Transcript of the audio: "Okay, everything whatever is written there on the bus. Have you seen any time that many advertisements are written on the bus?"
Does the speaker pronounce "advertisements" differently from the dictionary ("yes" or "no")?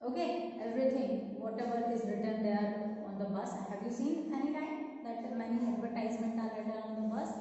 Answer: yes